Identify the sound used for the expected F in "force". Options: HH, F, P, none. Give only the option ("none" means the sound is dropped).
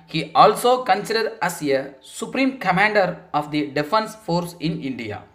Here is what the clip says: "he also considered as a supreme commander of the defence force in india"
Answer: F